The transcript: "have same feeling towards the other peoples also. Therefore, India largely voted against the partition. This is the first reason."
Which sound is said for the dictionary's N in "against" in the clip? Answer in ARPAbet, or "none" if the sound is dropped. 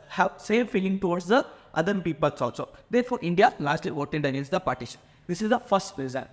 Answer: none